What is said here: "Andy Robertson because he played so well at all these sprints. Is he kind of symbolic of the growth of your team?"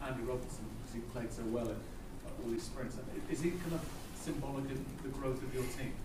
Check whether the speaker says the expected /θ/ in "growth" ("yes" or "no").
yes